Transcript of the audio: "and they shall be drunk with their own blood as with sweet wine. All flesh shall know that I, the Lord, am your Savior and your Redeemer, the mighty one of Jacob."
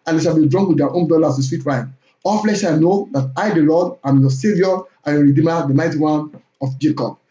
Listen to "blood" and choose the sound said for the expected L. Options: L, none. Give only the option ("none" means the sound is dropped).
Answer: none